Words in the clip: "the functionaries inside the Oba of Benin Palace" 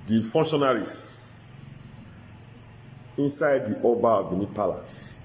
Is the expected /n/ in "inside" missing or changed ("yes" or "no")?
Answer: no